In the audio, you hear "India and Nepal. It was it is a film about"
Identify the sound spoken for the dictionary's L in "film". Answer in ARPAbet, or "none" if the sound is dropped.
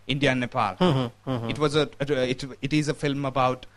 L